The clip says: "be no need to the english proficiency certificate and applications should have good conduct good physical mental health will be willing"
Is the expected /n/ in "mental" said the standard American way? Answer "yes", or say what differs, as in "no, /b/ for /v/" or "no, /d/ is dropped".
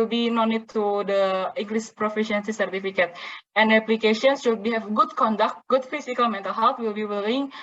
yes